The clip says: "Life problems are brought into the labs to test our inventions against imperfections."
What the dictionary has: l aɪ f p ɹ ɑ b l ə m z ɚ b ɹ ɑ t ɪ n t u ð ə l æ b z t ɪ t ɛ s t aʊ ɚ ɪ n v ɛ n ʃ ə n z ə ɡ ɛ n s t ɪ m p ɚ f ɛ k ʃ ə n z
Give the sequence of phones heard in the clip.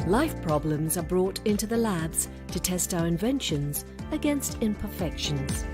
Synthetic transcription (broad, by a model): l aɪ f p ɹ ɑ b l ə m z ɚ b ɹ ɑ t ɪ n t u ð ə l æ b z t ɪ t ɛ s t aʊ ɚ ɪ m v ɛ n ʃ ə n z ə ɡ ɛ n s t ɪ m p ɚ f ɛ k ʃ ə n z